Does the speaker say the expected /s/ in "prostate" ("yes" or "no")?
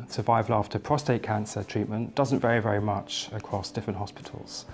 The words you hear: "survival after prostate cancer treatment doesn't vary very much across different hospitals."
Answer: yes